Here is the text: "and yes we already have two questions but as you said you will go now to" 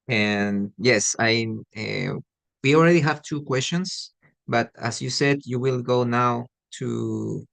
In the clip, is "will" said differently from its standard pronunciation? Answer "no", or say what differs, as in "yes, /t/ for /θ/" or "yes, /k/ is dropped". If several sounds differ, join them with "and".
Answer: no